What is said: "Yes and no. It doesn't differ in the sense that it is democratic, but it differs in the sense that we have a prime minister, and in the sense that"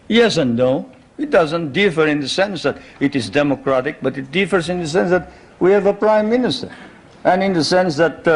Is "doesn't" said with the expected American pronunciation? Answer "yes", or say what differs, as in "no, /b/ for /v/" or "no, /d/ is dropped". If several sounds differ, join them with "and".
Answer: yes